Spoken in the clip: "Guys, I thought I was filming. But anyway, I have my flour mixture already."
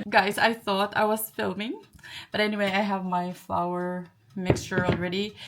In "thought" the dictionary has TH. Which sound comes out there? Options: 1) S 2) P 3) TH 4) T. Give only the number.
3